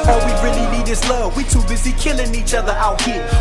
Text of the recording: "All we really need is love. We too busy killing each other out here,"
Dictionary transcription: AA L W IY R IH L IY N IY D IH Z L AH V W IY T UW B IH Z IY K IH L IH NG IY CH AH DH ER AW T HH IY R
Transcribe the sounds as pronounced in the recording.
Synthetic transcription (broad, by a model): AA W IY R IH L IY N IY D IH S L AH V W IY T UW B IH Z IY K IH L IH NG IY CH AH DH ER AW T HH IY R